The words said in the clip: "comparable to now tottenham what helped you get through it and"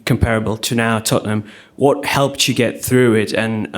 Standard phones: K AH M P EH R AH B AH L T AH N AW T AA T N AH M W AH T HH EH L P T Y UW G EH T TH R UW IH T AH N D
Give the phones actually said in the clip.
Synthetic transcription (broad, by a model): K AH M P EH R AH B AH L T AH N AW T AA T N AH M W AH T HH EH L P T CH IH G EH T TH R UW IH T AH N